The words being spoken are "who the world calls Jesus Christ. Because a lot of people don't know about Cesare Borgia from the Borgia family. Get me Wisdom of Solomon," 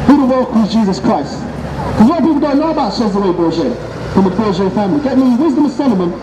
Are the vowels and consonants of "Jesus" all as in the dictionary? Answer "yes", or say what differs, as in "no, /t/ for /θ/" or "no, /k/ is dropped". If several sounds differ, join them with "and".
yes